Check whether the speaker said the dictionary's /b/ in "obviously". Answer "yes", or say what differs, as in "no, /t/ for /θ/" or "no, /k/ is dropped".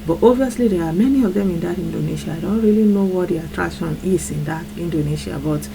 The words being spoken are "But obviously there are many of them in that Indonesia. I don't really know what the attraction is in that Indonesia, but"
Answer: no, /b/ is dropped